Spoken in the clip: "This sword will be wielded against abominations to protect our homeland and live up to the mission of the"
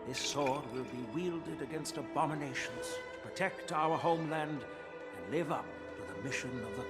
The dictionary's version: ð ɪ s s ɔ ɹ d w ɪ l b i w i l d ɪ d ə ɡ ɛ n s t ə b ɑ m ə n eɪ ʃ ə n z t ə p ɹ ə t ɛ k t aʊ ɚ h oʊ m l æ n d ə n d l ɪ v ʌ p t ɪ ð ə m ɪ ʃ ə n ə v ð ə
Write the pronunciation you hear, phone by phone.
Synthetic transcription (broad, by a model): ð ɪ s s ɔ ɹ d w ɪ l b i w i l d ɪ d ə ɡ ɛ n s t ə b ɑ m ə n eɪ ʃ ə n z t ə p ɹ ə t ɛ k t aʊ ɚ h oʊ m l æ n d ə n l ɪ v ʌ p t ɪ ð ə m ɪ ʃ ə n ə v ð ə